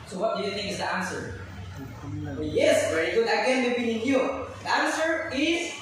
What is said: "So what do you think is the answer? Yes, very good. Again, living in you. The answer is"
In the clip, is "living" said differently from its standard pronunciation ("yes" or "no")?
yes